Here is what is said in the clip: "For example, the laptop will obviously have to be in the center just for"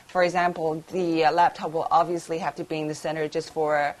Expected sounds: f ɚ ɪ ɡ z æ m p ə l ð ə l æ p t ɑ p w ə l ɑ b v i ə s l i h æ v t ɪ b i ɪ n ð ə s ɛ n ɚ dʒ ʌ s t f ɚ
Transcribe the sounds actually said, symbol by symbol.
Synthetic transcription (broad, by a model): f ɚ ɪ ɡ z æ m p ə l ð ə l æ p t ɑ p w ə l ɑ b v i ə s l i h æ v t ɪ b i ɪ n ð ə s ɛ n ɚ dʒ ʌ s t f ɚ